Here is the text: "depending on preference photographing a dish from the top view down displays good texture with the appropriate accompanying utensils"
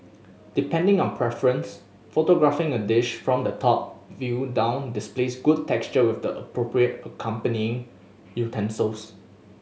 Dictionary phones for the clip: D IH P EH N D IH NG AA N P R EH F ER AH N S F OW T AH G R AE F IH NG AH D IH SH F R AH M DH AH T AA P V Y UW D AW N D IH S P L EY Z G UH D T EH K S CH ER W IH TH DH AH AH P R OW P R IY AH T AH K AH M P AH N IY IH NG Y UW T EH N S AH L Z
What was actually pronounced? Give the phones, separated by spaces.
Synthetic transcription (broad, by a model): D IH P EH N D IH NG AA N P R EH F ER AH N S F OW T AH G R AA F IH NG AH D IH SH F R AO M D AH T AA P V Y UW D AW N D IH S P L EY S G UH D T EH K S CH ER W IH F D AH AH P R OW P R IY AH T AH K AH M P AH N IY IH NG Y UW T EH N S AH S